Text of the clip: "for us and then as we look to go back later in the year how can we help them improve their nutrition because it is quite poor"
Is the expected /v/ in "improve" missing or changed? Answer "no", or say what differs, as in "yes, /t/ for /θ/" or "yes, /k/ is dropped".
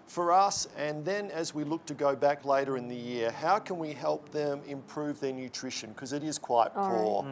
no